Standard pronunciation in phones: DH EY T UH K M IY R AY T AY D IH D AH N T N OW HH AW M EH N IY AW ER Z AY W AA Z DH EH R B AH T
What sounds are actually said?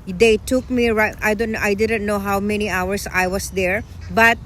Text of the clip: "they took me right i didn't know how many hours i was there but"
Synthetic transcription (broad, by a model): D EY T UH K M IY R AY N AY D IH D AH N T N OW HH AW M EH N IY AW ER S AY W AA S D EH R B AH T